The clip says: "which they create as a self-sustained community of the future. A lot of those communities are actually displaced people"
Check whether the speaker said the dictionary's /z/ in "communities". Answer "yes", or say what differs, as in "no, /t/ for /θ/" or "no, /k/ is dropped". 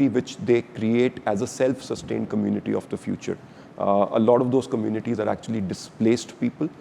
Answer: yes